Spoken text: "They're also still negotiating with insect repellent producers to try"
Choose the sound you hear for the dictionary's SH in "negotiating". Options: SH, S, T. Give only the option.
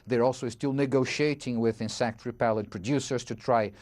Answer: SH